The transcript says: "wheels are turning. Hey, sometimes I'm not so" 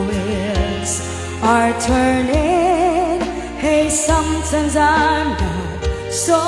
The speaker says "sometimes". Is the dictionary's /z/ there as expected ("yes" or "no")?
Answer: yes